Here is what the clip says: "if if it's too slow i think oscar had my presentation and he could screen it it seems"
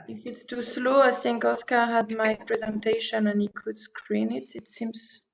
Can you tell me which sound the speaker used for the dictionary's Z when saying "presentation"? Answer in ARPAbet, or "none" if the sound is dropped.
Z